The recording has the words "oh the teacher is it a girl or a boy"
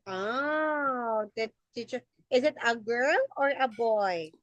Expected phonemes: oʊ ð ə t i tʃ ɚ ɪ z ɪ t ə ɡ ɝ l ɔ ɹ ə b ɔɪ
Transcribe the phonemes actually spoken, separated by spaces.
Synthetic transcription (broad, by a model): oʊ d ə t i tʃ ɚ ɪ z ɪ t ə ɡ ɝ l ɔ ɹ ə b ɔɪ